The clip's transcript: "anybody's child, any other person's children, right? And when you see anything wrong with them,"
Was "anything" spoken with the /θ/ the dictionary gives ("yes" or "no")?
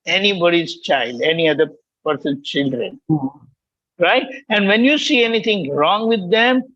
no